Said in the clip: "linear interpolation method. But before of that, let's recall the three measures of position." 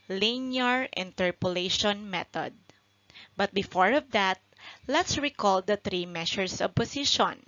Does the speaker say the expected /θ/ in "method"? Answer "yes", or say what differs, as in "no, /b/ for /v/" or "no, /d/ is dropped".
no, /t/ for /θ/